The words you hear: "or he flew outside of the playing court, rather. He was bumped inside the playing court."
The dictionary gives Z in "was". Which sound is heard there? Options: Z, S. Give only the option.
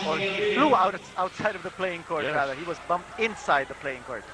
Z